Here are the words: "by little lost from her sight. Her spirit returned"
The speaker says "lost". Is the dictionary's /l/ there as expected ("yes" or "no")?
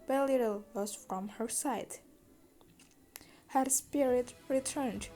no